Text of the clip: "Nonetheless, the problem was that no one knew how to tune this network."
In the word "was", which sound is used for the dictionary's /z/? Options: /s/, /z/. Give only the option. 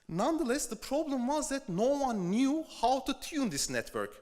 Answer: /z/